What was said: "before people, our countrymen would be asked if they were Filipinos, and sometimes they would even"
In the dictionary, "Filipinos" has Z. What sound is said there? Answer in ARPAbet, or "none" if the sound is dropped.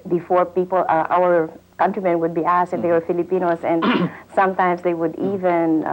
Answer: S